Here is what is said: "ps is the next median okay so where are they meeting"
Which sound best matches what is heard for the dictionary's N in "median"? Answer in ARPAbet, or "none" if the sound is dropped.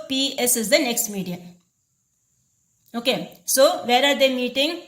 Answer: none